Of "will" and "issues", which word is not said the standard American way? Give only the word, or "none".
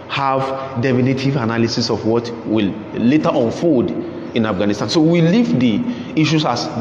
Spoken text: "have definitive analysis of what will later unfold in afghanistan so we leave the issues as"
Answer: issues